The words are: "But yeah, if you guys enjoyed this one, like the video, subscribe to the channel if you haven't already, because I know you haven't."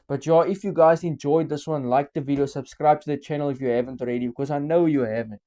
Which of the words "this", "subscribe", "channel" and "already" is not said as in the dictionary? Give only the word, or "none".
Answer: none